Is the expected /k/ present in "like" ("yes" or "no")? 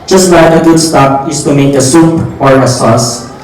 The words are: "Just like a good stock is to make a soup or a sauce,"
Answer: no